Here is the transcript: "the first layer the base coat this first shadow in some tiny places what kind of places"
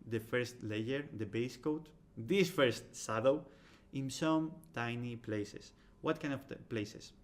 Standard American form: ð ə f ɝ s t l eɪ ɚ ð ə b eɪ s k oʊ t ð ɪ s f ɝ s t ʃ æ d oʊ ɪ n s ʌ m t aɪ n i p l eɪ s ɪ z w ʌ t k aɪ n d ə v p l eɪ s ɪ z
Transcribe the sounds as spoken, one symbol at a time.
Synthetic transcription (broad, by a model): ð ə f ɝ s t l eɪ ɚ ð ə b eɪ s k oʊ t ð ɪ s f ɝ s t s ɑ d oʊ ɪ n s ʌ m t aɪ n i p l eɪ s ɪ s w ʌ t k aɪ n d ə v p l eɪ s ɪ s